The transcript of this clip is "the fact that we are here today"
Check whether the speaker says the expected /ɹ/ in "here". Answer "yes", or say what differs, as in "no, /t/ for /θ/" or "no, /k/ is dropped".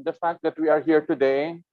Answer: yes